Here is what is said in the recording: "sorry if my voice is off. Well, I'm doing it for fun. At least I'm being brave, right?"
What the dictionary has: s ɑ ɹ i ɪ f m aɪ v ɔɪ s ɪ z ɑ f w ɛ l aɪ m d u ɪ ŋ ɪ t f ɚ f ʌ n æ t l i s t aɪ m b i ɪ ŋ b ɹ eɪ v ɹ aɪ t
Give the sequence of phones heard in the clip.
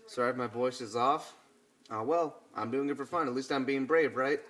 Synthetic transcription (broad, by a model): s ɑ ɹ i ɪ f m aɪ v ɔɪ s ɪ z ɑ f w ɛ l aɪ m d u ɪ ŋ ɪ t f ɚ f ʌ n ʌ t l i s t aɪ m b i ɪ ŋ b ɹ eɪ v ɹ aɪ t